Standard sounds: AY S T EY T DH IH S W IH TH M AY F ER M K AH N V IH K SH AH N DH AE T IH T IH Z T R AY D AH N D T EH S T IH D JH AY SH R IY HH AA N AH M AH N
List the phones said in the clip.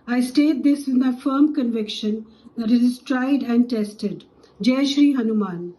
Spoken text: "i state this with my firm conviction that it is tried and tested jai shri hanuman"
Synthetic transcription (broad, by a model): AY S T EY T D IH S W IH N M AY F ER M K AH N V IH K SH AH N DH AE T IH T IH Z T R AY D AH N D T EH S T IH D JH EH SH R IY HH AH N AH M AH N